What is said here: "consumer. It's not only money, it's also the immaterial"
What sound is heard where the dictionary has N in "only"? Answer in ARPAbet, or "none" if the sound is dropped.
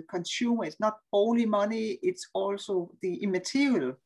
none